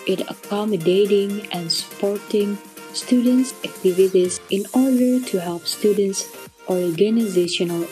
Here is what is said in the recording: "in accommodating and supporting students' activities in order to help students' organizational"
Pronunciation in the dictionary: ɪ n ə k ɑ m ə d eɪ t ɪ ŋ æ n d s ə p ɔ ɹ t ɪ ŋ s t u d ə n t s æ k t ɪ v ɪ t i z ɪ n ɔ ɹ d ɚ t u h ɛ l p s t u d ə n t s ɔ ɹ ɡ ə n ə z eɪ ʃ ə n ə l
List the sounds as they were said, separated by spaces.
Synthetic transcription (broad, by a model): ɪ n ə k ɑ m ə d eɪ t ɪ ŋ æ n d s ə p ɔ ɹ t ɪ ŋ s t u d ə n t s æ k t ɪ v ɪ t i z ɪ n ɔ ɹ d ɚ t u h ɛ l p s t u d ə n t s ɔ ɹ ɡ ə n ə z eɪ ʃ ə n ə l